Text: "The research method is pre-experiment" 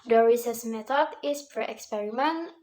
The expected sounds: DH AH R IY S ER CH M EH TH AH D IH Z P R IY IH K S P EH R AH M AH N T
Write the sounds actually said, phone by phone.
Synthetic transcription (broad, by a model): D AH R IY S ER S M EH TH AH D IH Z P R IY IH K S P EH R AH M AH N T